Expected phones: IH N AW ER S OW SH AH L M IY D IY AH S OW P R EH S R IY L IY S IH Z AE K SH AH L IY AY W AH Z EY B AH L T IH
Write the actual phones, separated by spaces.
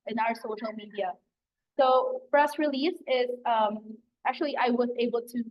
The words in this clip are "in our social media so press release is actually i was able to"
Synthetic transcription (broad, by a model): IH N AW ER S OW SH L M IY D IY AH S OW F R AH S R IY L IY S IH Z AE K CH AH L IY AY W AH Z EY B L T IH